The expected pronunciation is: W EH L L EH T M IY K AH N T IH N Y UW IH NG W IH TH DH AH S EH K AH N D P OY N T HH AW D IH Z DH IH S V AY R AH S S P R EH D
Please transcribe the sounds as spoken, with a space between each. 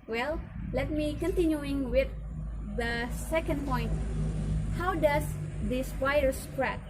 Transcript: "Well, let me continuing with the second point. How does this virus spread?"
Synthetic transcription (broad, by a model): W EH L L EH T M IY K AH N T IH N Y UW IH NG W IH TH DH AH S EH K AH N D P OY N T HH AW D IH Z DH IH S P AY AH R S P R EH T